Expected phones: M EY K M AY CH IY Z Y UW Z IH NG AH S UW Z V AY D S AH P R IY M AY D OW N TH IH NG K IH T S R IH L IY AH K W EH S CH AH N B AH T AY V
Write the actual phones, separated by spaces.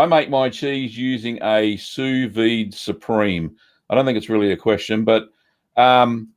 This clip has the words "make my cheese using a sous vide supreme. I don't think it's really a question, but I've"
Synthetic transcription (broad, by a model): M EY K M AY CH IY Z Y UW Z IH NG AH S UW V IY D S AH P R IY M AY D OW N TH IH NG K IH T S R IH L IY AH K W EH S CH AH N B AH T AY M